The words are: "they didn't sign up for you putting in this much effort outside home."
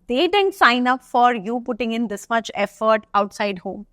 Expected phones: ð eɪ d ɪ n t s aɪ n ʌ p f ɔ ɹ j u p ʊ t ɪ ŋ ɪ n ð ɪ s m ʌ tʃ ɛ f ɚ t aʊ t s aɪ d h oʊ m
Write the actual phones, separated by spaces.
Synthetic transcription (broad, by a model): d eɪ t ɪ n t s aɪ n ʌ p f ɔ ɹ j u p ʊ t ɪ ŋ ɪ n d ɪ s m ʌ tʃ ɛ f ɚ t aʊ t s aɪ d h oʊ m